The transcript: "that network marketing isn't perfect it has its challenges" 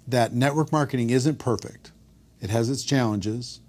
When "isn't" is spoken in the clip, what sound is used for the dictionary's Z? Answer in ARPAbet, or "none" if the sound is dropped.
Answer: Z